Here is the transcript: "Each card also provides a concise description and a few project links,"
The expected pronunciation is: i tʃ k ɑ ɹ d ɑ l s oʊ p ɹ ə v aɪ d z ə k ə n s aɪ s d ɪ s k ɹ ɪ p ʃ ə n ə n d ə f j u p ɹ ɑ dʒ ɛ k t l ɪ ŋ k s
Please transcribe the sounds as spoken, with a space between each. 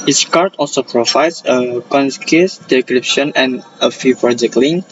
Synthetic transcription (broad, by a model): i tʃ k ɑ ɹ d ɑ l s oʊ p ɹ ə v aɪ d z ə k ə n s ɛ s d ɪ k ɹ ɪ p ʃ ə n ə n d ə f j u p ɹ ɑ dʒ ɛ k t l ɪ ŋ